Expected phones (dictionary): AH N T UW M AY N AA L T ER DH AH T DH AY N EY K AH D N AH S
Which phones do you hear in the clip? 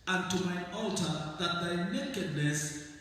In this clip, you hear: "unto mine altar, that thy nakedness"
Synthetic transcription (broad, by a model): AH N T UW M AY AA L T ER DH AH T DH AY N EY K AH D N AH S